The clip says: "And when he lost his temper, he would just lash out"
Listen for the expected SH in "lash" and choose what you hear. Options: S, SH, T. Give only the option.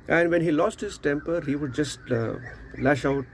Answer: SH